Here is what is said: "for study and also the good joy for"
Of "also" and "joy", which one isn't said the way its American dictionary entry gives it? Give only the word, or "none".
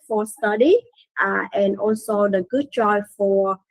joy